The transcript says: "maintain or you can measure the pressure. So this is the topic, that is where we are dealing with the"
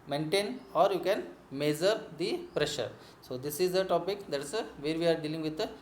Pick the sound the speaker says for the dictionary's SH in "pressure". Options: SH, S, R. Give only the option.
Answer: SH